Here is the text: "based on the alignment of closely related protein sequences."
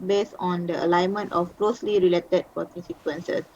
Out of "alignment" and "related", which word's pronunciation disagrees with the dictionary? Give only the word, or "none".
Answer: none